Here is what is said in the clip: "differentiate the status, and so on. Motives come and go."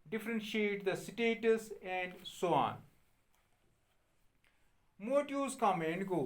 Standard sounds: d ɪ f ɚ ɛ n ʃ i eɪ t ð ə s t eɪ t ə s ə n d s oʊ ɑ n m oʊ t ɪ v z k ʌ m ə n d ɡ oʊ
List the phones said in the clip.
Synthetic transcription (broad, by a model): d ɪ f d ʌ n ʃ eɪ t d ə s t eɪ t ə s ə n d s oʊ ɑ n m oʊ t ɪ z k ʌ m ə n d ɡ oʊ